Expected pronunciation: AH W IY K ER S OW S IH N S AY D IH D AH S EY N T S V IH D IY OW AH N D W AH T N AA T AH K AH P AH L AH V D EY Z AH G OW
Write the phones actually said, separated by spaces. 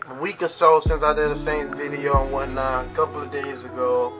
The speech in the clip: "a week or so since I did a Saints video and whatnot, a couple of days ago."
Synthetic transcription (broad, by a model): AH W IY K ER S OW S IH N S AY D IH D AH S EY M V IH D IY OW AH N W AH N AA AH K AH P L AH V D EY Z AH G OW